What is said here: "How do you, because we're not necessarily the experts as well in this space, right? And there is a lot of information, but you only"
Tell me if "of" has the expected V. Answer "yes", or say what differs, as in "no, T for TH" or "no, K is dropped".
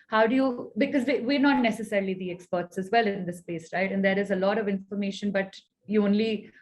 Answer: yes